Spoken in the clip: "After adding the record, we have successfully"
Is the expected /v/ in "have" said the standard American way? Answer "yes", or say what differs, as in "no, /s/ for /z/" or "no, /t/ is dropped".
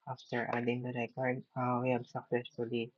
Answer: no, /b/ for /v/